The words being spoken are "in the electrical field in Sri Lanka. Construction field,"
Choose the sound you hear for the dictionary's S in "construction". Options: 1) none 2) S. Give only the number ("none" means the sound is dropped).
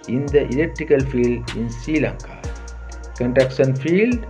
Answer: 1